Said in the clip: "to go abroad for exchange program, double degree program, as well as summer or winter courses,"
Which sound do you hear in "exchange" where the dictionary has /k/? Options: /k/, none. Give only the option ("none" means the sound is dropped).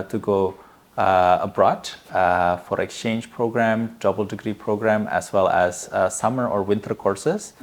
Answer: /k/